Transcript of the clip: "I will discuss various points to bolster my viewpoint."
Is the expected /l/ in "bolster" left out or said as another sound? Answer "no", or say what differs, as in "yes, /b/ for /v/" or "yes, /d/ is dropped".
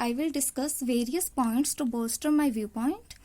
yes, /l/ is dropped